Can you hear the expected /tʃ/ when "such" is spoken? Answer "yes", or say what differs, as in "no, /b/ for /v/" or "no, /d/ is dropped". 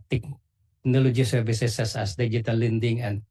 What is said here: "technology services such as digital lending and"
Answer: no, /s/ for /tʃ/